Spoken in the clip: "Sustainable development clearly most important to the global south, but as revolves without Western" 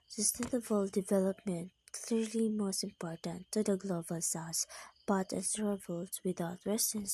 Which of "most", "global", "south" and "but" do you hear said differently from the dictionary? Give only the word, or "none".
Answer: south